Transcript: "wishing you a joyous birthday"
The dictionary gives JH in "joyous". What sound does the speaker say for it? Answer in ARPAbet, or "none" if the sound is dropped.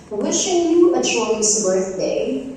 SH